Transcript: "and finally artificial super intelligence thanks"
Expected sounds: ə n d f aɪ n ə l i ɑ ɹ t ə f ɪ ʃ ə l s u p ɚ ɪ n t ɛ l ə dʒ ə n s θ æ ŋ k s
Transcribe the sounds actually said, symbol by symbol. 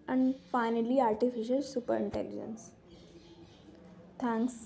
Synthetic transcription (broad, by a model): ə n d f aɪ n ə l i ɑ ɹ t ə f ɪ ʃ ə l s u p ɚ ɪ n t ɛ l ə dʒ ə n s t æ ŋ k s